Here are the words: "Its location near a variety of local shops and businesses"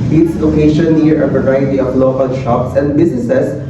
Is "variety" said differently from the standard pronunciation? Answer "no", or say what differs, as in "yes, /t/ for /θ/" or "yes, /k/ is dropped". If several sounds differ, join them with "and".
yes, /p/ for /v/